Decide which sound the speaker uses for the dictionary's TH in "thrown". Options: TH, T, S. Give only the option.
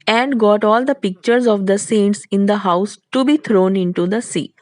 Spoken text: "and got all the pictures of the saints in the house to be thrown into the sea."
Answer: T